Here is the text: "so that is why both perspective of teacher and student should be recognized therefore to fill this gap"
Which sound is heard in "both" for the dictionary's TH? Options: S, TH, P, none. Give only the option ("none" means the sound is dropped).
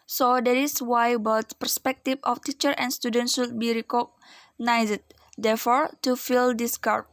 S